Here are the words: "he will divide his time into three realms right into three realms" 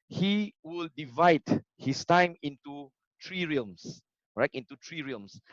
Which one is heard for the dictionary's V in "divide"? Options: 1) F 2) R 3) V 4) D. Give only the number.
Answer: 3